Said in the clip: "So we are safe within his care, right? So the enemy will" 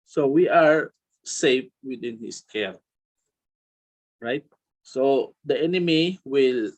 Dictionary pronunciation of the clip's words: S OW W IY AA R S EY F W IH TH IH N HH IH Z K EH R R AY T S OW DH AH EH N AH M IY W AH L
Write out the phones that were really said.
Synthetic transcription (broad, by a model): S OW W IY AA R S EY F W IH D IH N HH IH S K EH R R AY T S OW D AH EH N AH M IY W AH L